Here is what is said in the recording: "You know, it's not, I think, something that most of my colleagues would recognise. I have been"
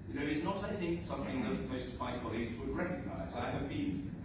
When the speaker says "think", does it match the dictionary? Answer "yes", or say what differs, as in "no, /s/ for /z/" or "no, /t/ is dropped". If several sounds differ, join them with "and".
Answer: yes